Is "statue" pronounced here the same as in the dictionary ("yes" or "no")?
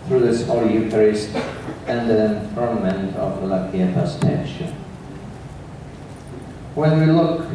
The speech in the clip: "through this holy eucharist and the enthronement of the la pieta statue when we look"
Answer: no